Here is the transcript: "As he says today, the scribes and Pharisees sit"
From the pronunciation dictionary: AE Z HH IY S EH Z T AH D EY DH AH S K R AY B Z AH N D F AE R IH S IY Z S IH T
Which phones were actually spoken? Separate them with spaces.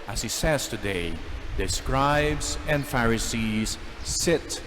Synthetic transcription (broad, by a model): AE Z HH IY S EH Z T AH D EY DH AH S K R AY B Z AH N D F AE R IH S IY Z S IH T